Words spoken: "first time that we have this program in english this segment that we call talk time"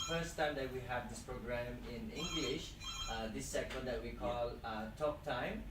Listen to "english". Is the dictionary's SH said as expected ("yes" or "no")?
yes